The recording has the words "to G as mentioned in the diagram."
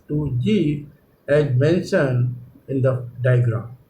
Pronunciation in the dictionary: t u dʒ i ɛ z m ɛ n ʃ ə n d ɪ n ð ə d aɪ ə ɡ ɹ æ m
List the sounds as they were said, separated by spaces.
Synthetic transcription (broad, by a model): t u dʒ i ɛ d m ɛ n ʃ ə n ɪ n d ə d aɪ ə ɡ ɹ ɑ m